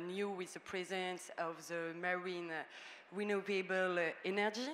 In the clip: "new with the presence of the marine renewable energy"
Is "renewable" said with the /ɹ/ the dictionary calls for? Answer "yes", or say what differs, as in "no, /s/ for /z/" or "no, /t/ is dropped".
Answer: no, /w/ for /ɹ/